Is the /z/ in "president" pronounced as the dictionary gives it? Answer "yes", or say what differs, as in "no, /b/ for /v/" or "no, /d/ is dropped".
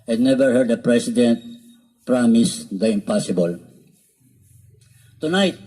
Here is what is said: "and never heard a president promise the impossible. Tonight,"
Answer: no, /s/ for /z/